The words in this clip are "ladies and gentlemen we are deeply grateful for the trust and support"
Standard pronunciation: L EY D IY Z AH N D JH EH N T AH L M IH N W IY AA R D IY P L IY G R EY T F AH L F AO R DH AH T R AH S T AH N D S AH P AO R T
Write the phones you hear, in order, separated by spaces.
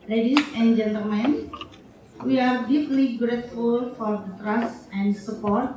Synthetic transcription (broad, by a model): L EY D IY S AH N JH EH N T AH L M IH N W IY AA R D IY P L IY G R EY T F AH L F AO R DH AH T R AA S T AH N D S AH P AO R T